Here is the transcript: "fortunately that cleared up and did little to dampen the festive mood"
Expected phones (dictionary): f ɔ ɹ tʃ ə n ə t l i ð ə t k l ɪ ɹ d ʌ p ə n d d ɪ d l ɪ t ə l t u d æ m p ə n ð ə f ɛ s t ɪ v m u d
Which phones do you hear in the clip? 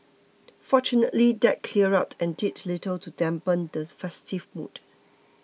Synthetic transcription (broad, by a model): f ɔ tʃ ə n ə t l i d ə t k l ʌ ɹ ɑ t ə n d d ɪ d l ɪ t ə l t u d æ m p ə n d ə f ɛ s t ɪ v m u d